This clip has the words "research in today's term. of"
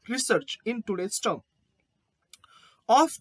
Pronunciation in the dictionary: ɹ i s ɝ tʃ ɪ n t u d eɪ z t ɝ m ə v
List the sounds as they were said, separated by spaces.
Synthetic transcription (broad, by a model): ɹ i s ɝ tʃ ɪ n t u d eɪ s t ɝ ə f